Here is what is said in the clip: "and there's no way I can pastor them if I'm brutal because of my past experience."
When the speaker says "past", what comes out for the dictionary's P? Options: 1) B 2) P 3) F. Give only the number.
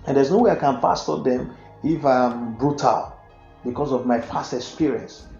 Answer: 3